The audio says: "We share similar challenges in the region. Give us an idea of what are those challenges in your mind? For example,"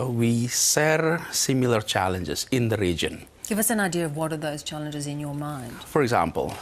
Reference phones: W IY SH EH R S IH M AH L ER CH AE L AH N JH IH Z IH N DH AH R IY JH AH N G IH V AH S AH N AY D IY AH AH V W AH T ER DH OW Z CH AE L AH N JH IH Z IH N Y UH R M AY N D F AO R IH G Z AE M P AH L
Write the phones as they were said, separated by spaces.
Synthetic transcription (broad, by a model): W IY S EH R S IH M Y L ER CH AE L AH N JH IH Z IH N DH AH R IY JH AH N G IH V AH S AH N AY D IY AH AH V W AH T ER DH OW Z CH AE L AH N JH IH Z IH N Y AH R M AY N D F AO R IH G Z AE M P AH L